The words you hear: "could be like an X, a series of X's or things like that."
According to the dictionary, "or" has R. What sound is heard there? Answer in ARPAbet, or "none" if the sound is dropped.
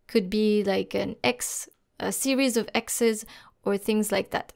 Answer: R